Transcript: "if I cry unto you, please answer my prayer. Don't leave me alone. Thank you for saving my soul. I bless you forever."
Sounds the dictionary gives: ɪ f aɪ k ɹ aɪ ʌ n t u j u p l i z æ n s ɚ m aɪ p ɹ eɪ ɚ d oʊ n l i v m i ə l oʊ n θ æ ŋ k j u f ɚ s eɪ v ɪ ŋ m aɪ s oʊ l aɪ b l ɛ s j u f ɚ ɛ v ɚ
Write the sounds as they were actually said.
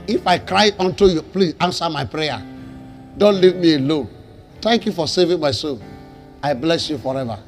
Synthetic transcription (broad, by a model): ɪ f aɪ k ɹ aɪ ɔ n t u j u p l i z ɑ n s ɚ m aɪ p ɹ eɪ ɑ d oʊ n l i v m i ə l oʊ n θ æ ŋ k j u f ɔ s eɪ v ɪ ŋ m aɪ s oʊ n aɪ b l ɛ s j u f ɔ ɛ v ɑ